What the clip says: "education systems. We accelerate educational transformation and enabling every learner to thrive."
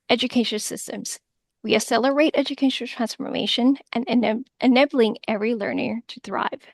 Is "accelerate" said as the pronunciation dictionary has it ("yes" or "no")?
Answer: no